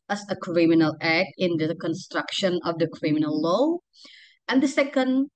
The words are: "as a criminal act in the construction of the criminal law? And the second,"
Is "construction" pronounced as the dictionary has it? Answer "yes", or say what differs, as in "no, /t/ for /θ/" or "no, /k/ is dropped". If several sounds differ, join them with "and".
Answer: yes